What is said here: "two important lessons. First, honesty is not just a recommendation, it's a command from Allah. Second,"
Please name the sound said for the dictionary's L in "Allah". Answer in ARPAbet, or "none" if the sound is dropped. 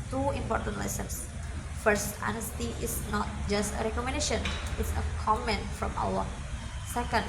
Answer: W